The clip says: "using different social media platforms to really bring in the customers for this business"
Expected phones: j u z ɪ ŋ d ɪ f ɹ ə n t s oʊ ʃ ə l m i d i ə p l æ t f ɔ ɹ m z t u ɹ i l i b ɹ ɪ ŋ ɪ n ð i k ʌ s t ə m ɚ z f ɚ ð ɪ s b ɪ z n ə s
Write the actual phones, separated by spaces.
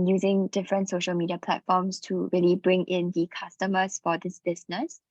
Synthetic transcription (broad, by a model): j u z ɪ ŋ d ɪ f ɹ ə n t s oʊ ʃ ə l m i d i ə p l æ t f ɔ m s t u ɹ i l i b ɹ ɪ ŋ ɪ n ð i k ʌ s t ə m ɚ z f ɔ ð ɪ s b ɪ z n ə s